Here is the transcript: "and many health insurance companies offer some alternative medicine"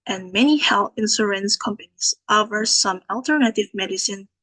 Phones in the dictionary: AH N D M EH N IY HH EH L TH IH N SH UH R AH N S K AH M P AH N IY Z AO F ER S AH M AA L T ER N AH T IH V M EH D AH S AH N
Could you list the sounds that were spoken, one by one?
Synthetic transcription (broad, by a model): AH N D M EH N IY HH EH L TH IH N S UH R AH N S K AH M P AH N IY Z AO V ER S AH M AA L T ER N AH T IH V M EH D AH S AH N